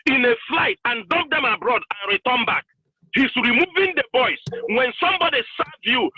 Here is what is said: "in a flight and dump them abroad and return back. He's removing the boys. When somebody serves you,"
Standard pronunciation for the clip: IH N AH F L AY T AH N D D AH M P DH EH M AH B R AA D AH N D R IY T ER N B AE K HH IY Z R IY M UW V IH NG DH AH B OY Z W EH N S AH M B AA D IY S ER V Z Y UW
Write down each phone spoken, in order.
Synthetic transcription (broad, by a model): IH N AH F L AY T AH N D D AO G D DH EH M AH B R AA D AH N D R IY T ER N B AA K HH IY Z R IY M UW V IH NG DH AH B OY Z W EH N S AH M B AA D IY S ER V Y UW